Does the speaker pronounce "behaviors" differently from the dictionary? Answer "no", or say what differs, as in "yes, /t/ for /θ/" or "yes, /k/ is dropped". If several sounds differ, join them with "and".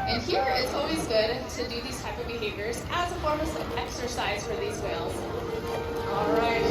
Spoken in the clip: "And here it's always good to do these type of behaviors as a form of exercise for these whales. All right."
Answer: no